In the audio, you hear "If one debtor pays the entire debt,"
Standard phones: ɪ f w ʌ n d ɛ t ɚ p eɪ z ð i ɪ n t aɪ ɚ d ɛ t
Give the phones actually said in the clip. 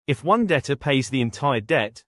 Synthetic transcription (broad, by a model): ɪ f w ʌ n d ɛ t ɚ p eɪ z ð i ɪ n t aɪ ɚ d ɛ t